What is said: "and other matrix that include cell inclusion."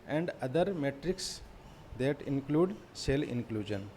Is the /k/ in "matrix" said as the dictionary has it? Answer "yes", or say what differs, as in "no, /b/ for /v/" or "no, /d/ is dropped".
yes